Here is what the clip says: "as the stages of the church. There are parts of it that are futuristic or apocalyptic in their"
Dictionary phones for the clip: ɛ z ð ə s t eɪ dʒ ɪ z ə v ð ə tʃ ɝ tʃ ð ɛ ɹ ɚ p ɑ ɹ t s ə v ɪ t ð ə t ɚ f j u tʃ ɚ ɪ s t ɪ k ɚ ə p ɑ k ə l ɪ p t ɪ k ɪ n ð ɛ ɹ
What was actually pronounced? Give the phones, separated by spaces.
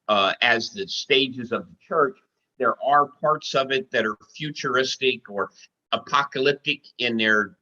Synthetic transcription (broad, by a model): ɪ z ð ə s t eɪ dʒ ɪ z ə v ð ə tʃ ɝ tʃ ð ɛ ɹ ɚ p ɑ ɹ t s ə v ɪ t ð ə t ɚ f j u tʃ ɚ ɪ s t ɪ k ɚ ə p ɑ k ə l ɪ p t ɪ k ɪ n ð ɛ ɹ